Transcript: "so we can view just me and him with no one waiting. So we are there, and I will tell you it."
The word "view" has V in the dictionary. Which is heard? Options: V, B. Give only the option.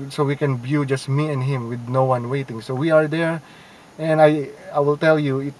B